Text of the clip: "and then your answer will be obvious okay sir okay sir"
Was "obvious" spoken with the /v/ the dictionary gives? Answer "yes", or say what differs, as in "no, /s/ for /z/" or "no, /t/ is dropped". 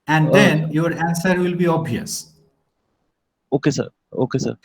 no, /v/ is dropped